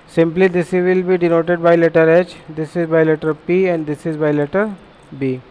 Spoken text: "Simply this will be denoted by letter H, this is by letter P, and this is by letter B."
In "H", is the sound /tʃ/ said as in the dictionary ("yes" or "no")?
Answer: yes